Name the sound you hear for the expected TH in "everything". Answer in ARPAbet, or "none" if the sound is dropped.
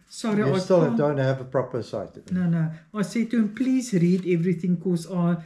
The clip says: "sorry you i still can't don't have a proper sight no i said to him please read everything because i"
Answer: TH